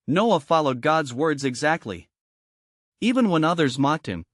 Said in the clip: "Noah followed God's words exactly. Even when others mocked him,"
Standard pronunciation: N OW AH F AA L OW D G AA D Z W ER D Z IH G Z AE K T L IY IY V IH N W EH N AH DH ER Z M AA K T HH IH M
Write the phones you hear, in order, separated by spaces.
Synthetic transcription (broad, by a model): N OW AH F AA L OW D G AA D Z W ER D Z IH G Z AE K T L IY IY V IH N W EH N AH DH ER Z M AA K T HH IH M